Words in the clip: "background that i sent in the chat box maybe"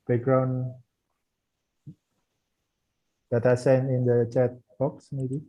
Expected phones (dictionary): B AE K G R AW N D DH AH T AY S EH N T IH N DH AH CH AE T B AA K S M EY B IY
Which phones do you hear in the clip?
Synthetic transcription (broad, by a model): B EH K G R AW N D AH T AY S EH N IH N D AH CH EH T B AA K S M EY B IY